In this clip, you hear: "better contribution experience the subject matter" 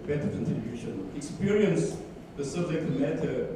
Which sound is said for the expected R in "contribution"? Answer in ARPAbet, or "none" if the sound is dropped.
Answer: none